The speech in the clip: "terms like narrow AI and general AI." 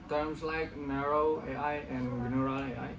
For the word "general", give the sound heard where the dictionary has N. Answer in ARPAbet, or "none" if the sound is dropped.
none